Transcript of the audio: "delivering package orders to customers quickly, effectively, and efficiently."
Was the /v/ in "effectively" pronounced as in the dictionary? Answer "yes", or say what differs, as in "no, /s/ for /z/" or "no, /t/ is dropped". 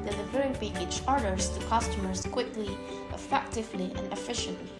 yes